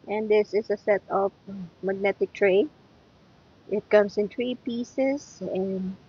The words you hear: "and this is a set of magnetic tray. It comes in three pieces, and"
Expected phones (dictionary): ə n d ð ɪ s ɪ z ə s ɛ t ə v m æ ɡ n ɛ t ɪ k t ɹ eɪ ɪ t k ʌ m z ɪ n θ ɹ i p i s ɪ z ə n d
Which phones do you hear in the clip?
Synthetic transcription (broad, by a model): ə n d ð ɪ s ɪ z ə s ɛ t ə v m æ ɡ n ɛ t ɪ k t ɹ eɪ ɪ t k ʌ m s ɪ n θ ɹ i p i s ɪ s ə n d